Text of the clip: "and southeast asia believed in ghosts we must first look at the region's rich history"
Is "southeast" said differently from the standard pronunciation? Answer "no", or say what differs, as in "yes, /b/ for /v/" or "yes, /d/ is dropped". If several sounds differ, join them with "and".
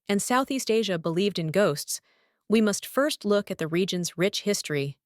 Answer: no